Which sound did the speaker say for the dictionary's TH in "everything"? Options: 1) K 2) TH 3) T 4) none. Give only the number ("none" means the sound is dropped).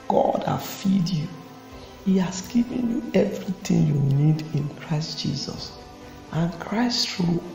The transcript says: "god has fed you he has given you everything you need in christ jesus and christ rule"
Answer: 3